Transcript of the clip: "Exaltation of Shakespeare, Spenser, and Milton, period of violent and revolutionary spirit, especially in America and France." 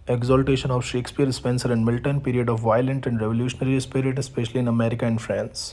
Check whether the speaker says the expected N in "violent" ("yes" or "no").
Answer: yes